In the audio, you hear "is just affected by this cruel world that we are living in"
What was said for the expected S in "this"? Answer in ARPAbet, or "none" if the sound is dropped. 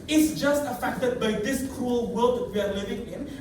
S